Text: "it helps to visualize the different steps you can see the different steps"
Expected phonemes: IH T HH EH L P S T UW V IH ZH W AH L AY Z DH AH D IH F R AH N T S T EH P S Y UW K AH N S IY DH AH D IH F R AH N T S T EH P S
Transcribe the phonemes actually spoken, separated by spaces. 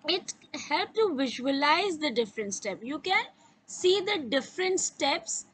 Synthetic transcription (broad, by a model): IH T HH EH L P T UW V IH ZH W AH L AY Z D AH D IH F R AH N T S T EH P Y UW K AH N S IY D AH D IH F R AH N T S T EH P S